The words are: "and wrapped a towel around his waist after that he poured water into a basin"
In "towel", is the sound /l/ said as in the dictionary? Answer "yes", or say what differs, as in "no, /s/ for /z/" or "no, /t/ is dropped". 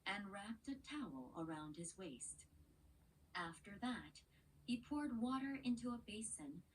yes